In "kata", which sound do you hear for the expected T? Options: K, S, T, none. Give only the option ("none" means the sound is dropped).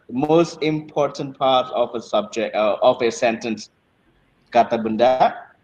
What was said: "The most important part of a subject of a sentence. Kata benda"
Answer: T